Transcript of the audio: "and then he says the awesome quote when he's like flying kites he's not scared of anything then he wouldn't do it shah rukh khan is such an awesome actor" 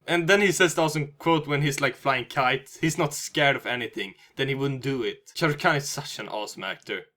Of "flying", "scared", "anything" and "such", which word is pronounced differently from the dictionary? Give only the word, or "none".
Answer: none